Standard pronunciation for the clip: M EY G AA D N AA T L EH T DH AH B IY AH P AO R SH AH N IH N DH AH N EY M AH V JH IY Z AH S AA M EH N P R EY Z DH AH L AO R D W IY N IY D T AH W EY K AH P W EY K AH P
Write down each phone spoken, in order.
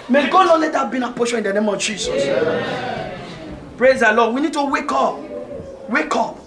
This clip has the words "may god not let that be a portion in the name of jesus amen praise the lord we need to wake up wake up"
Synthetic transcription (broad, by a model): M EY G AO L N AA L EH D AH B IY AH P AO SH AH IH N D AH N EY M AH V JH IY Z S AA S P R EY Z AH L AO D W IY N IY D T AH W EY K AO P W EY K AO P